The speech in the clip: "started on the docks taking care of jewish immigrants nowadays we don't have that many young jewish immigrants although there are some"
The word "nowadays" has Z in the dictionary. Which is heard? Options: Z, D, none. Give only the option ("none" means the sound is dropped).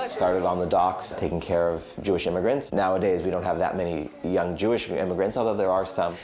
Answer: Z